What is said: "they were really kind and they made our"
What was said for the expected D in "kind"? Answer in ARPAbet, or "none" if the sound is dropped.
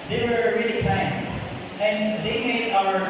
none